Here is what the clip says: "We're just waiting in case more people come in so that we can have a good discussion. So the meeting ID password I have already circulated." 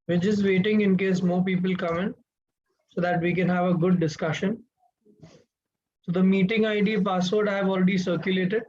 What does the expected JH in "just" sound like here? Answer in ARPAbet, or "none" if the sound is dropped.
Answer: CH